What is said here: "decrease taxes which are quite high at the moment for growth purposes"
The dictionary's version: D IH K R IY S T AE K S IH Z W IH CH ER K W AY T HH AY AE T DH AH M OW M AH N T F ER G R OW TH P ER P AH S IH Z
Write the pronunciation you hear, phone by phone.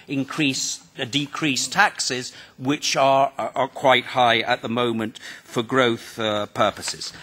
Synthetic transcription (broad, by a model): D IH K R IY S T AE K S IH Z W IH CH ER K W AY T HH AY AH T DH AH M OW M AH N T F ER G R OW TH P ER P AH S IH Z